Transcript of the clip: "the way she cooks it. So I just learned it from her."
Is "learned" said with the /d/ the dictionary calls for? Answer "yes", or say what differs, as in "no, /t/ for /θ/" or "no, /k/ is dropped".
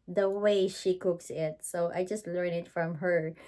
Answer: no, /d/ is dropped